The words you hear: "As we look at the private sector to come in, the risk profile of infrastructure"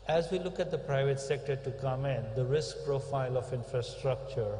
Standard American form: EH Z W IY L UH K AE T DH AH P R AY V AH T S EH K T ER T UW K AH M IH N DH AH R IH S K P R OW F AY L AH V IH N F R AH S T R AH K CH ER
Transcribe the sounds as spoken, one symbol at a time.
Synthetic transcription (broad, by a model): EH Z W IY L UH K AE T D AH P R AY V AH T S EH K T ER T UW K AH M IH N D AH R IH S K P R OW F AY L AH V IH N F R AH S T R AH K CH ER